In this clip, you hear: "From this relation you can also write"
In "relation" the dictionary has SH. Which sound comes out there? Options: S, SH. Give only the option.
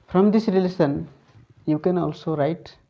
S